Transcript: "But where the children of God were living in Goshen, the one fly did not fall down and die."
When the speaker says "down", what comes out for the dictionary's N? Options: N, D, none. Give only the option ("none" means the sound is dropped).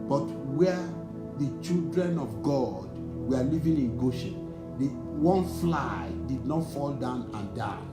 N